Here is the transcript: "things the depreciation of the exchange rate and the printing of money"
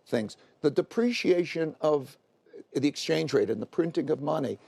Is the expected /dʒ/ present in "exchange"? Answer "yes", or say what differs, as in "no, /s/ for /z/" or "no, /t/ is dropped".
yes